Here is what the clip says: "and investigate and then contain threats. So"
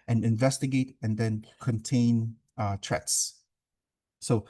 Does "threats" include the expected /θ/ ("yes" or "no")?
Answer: no